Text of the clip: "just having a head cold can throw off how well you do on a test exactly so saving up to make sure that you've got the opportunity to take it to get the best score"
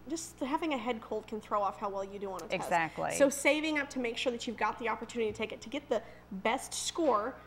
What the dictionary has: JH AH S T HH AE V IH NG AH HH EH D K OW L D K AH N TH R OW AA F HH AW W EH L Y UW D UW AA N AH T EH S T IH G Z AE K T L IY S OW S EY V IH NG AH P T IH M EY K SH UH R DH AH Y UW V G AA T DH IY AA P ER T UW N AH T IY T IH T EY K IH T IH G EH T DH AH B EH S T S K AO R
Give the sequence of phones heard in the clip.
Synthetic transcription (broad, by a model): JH AH S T HH AE V IH NG AH HH EH D K OW L D K AH N TH R OW AA F HH AW W EH L Y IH D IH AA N AH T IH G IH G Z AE K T L IY S OW S EY V IH NG AH P T IH M EY K SH UH R DH AH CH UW V G AA T DH IY AA P ER T UW N AH T IY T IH T EY K IH T IH G EH T DH AH B EH S T S K AO R